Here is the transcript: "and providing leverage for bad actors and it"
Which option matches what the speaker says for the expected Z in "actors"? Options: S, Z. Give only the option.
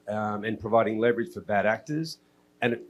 Z